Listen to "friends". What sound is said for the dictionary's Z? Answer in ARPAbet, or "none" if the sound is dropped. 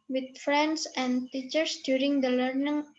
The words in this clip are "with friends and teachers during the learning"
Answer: S